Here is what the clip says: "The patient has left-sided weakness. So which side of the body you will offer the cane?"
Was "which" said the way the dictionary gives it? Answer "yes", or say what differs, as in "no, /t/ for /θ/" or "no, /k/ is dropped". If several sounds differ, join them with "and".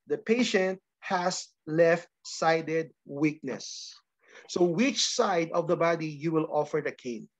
yes